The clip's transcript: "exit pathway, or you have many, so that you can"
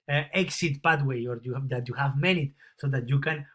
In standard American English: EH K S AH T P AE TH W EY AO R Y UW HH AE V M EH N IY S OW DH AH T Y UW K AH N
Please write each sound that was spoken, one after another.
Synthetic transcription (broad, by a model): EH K S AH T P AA T W EY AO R Y UW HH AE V M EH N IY S OW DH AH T Y UW K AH N